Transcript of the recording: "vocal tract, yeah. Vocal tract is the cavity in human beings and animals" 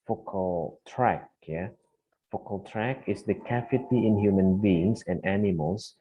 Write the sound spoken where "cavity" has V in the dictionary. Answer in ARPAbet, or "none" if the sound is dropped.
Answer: F